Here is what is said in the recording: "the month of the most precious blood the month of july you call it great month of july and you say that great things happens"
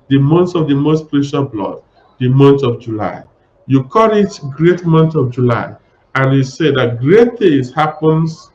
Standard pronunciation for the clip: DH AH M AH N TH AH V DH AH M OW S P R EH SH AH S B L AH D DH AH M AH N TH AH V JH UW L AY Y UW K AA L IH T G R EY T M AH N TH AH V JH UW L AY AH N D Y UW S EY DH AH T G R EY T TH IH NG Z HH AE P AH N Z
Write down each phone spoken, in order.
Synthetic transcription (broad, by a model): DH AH M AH N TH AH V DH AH M OW S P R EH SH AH B L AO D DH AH M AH N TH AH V JH UW L AY Y UW K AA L IH T G R EY T M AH N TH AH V JH UW L AY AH N Y UW S EY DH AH T G R EY T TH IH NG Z HH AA P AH N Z